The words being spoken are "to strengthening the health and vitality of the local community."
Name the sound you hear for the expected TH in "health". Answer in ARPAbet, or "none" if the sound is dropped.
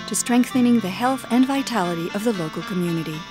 TH